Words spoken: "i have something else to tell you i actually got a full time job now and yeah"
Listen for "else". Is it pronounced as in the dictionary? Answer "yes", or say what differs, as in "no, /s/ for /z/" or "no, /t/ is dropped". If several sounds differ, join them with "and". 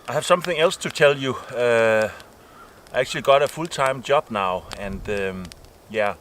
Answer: yes